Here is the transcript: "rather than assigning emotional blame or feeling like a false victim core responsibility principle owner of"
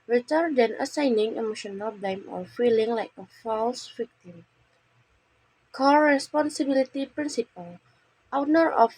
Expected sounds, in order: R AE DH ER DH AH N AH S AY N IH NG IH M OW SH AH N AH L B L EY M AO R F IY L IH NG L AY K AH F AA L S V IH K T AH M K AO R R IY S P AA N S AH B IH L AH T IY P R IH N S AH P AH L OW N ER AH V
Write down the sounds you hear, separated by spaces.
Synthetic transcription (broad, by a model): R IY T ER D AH N AH S AY N IH NG IH M OW SH AH N AH L B L EY M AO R F IY L IH NG L AY K AH F AA L S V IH K T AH M K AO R R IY S P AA N S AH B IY L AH T IY P R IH N S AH P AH L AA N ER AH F